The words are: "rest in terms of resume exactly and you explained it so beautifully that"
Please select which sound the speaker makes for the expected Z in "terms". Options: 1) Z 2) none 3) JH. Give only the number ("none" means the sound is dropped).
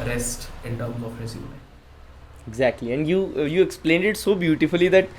2